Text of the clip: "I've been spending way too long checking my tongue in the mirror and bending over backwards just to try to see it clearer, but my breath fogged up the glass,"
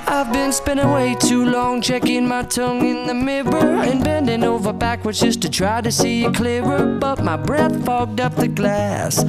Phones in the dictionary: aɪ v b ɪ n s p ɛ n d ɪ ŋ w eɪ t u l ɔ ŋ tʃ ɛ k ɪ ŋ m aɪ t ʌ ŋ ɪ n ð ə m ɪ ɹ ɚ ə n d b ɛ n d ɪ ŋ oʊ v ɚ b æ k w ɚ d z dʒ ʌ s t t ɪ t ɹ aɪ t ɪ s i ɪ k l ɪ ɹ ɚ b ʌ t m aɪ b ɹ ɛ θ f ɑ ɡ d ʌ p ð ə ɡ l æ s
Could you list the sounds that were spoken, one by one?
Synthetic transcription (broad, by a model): aɪ v b ɪ n s p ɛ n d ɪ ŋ w eɪ t u l ɔ ŋ tʃ ɛ k ɪ ŋ m aɪ t ʌ ŋ ɪ n ð ə m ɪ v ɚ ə n b ɛ n d ɪ ŋ oʊ v ɚ b æ k w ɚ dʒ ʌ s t t ɪ t ɹ aɪ t ɪ s i ɪ k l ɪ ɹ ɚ b ʌ t m aɪ b ɹ ɛ θ f ɑ ɡ d ʌ p ð ə ɡ l æ s